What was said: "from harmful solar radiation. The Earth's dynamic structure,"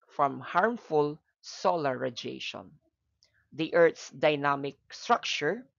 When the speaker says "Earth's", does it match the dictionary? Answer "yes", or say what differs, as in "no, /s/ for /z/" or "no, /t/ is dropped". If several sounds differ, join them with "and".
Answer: no, /t/ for /θ/